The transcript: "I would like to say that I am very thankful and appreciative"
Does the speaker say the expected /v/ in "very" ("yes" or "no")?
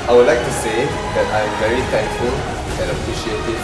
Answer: yes